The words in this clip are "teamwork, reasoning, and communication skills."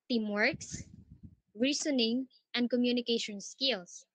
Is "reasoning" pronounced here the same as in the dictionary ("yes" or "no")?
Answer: no